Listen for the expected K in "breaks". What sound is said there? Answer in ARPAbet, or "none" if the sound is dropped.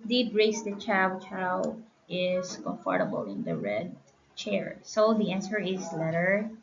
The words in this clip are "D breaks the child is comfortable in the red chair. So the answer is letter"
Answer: none